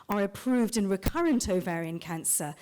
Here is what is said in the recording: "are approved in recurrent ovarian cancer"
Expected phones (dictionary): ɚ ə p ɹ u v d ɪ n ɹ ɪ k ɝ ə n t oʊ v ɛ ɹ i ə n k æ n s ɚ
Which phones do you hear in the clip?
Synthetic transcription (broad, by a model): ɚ ə p ɹ u v d ɪ n ɹ ɪ k ɝ ə n t oʊ v ɛ ɹ i ə n k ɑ n s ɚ